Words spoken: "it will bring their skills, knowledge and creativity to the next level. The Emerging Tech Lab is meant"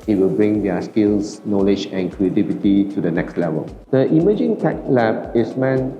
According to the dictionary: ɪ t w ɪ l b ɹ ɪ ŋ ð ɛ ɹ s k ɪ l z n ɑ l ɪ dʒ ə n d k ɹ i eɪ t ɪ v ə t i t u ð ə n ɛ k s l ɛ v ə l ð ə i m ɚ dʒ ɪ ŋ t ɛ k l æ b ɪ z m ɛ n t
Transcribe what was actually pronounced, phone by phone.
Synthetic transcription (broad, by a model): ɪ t w ɪ l b ɹ ɪ ŋ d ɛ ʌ s k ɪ l s n ɑ l ɪ dʒ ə n k ɹ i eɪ t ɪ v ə t i t u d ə n ɛ k s l ɛ v ə l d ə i m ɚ dʒ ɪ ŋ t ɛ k l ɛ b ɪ s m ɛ n